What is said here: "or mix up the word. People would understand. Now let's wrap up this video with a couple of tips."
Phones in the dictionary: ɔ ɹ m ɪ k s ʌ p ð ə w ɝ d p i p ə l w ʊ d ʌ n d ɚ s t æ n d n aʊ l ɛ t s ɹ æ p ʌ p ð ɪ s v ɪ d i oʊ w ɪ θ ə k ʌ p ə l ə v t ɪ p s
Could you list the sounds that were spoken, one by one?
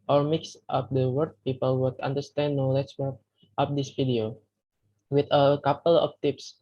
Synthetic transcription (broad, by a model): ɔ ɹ m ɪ k s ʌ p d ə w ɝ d p i p ə l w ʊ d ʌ n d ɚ s t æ n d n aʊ l ɛ t s w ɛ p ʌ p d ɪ s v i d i oʊ w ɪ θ ə k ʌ p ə l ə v t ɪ p s